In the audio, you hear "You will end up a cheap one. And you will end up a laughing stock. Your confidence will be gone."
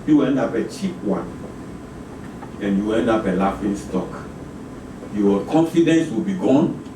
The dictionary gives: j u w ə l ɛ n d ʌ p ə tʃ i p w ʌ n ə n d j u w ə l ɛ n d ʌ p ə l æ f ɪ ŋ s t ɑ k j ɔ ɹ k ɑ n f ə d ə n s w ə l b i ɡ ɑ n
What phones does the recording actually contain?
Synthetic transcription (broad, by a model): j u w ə ɛ n d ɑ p ə tʃ i p w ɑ n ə n j u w ɛ n d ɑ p ə l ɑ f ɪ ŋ s t ɑ k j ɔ k ɑ n f ə d ə n s w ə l b i ɡ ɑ n